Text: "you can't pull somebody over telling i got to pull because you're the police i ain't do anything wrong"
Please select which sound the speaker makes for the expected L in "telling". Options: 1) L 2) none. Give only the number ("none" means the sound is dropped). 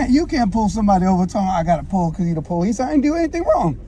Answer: 2